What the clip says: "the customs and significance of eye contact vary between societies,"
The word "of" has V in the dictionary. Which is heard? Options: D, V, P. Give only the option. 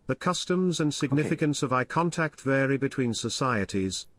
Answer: V